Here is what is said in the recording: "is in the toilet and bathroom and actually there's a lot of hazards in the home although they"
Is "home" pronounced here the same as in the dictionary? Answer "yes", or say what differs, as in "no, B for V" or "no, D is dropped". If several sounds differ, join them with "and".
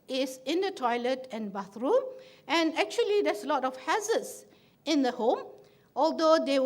yes